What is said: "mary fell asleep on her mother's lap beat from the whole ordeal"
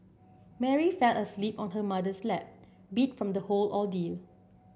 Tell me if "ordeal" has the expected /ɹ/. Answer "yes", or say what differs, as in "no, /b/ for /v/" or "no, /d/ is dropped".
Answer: no, /l/ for /ɹ/